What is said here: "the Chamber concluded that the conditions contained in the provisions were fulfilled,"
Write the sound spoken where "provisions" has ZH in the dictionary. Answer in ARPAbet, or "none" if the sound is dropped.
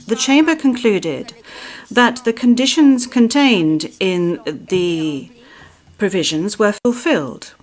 ZH